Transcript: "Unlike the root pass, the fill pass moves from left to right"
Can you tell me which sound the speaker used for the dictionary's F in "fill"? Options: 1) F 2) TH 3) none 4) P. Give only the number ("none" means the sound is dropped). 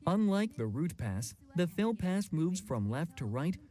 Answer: 1